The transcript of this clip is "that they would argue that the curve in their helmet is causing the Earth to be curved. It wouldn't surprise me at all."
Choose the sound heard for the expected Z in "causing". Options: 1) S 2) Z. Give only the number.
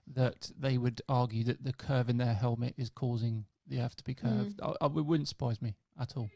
2